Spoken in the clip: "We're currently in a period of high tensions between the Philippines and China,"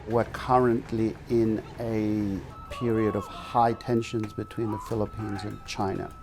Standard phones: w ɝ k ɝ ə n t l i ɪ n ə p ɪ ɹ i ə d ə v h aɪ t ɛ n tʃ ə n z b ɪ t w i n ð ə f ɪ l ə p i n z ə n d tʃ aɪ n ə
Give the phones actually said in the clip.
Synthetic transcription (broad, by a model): w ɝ k ɝ ə n t l i ɪ n ə p ɪ ɹ i ə d ə v h aɪ t ɛ n ʃ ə n z b ɪ t w i n ð ə f ɪ l ə p i n z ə n tʃ aɪ n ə